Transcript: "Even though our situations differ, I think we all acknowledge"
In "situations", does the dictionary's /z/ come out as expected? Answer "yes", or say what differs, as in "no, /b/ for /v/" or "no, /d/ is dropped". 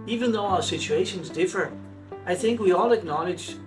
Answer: yes